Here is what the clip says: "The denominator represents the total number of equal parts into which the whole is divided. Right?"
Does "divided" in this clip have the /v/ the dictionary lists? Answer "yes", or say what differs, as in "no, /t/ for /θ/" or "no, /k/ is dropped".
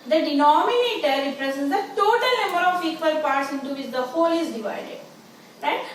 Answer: yes